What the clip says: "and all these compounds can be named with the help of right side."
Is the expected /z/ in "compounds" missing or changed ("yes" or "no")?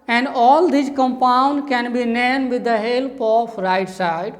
yes